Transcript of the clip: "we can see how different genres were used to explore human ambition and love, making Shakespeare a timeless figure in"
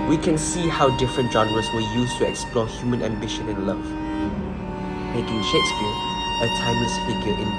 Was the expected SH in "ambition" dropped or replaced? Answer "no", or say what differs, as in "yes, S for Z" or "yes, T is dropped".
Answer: no